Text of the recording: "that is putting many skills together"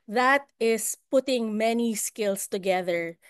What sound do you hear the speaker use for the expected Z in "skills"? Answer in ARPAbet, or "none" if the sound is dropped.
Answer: S